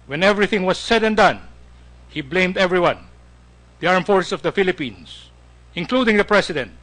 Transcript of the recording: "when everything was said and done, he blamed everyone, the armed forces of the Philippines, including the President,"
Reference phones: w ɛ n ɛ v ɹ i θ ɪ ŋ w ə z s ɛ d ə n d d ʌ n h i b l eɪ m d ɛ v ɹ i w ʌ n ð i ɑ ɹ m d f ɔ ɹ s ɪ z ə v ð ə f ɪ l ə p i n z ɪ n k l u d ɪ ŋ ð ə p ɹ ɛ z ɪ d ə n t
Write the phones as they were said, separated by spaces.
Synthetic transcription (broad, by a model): w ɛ n ɛ v ɹ i θ ɪ ŋ w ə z s ɛ d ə n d d ʌ n h i b l eɪ m d ɛ v ɹ i w ʌ n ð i ɑ ɹ m f ɔ ɹ s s ə v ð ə f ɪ l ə p i n s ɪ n k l u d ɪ ŋ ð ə p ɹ ɛ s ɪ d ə n t